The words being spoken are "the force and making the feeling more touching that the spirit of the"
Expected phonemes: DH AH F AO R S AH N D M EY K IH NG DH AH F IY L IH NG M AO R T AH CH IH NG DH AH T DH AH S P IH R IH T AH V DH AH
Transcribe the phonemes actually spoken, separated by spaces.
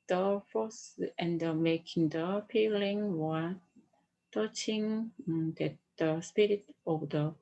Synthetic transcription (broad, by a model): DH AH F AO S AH N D M EY K IH NG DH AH P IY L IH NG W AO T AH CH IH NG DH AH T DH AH S P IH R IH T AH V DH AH